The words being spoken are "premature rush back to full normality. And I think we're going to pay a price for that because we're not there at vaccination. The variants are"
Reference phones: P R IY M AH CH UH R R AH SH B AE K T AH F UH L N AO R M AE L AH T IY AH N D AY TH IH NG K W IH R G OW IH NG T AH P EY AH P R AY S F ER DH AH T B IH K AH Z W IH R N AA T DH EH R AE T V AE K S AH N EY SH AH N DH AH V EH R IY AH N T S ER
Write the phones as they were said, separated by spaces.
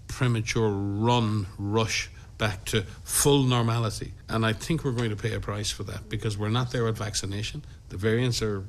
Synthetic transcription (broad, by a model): P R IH M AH CH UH R R AH SH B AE K T AH F UH L N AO R M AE L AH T IY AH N AY TH IH NG K W IH R G OW IH NG T AH P EY AH P R AY S F ER DH AH T B IH K AH Z W IH R N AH T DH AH R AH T V AE K S AH N EY SH AH N DH AH V EH R IY AH N T S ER